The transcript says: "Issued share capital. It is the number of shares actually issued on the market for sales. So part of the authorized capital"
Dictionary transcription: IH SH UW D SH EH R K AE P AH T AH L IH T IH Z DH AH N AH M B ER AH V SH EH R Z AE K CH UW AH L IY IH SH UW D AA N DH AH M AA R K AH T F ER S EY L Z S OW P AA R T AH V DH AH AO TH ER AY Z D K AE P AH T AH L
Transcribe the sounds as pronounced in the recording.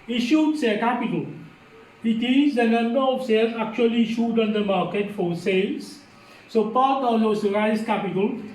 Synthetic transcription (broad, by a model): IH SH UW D S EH K AE P AH T AH L IH T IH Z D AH N AH M B ER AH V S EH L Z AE K CH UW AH L IY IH SH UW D AA N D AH M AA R K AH T F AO S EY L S S OW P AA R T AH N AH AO S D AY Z K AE P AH T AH L